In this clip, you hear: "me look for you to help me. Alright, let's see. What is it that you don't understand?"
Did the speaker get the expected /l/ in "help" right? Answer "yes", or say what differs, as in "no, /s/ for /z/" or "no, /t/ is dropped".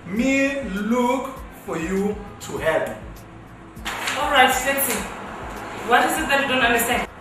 no, /l/ is dropped